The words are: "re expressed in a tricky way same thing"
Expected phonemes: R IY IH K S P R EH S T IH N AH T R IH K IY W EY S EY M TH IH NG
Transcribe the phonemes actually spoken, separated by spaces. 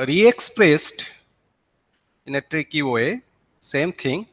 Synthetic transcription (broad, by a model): R IY IH K S P R EH S T IH N AH T R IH K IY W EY S EY M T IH NG